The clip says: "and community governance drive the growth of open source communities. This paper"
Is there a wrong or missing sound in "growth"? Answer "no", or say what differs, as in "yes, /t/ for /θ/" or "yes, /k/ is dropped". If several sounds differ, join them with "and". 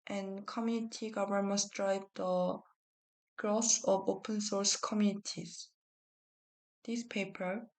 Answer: yes, /s/ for /θ/